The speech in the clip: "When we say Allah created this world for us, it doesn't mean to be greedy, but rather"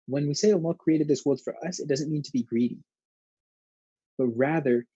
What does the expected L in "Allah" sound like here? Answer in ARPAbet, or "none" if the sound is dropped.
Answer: N